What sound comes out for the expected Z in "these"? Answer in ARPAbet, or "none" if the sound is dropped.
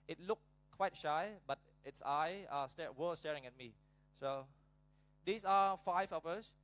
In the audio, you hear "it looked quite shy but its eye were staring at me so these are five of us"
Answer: S